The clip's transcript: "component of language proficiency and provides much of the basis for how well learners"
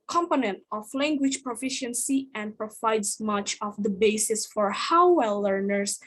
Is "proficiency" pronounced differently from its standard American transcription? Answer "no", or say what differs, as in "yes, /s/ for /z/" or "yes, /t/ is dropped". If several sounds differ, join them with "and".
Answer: no